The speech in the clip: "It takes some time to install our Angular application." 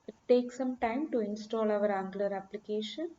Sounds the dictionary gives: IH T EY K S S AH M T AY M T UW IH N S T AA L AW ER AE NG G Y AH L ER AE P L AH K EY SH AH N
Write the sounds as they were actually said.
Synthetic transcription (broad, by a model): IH T EY K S S AH M T AY M T UW IH N S T AA L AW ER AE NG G L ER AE P L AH K EY SH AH N